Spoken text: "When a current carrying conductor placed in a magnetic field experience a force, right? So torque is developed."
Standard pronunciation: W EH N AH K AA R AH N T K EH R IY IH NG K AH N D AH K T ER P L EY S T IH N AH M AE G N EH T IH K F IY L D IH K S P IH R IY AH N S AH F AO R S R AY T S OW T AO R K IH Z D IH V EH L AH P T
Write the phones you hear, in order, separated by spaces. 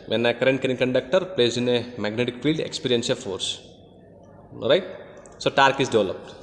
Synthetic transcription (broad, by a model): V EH N AH K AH R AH N T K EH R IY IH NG K AH N D AH K T ER P L EY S IH N AH M AE G N EH T IH K F IY L D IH K S P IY R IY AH N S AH F AO R S R AY T S OW T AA R K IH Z D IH V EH L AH P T